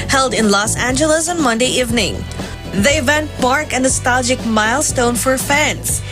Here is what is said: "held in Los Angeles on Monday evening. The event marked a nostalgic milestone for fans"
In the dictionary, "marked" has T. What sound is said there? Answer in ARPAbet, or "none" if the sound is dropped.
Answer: none